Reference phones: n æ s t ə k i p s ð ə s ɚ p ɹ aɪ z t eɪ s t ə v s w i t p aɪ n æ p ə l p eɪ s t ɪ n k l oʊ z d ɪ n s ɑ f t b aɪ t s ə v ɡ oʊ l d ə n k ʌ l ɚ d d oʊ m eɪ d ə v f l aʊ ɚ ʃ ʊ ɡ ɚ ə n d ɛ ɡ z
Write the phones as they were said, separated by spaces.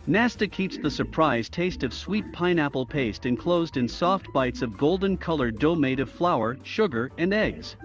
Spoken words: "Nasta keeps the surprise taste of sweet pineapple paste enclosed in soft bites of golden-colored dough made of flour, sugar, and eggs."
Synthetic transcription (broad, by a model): n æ s t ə k i p s ð ə s ɚ p ɹ aɪ z t eɪ s t ə v s w i t p aɪ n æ p l p eɪ s t ɪ n k l oʊ z d ɪ n s ɑ f t b aɪ t s ə v ɡ oʊ l d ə n k ʌ l ɚ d d oʊ m eɪ d ə v f l aʊ ɚ ʃ ʊ ɡ ɚ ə n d ɛ ɡ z